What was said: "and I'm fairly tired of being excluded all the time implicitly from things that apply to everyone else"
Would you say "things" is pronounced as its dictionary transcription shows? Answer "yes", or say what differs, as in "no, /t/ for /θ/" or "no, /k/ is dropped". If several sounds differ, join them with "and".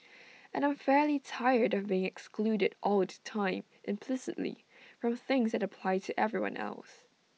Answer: yes